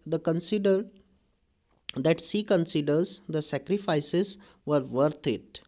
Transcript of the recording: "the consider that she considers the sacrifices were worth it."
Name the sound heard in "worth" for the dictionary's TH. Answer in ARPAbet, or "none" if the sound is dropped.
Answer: T